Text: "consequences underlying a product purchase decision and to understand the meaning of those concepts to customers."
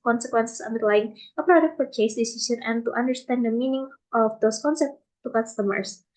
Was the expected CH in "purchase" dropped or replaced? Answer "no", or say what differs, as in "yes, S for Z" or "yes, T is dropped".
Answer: yes, CH is dropped